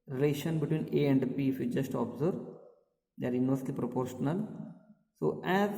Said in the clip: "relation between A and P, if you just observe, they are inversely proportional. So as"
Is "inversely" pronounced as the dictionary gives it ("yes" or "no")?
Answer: no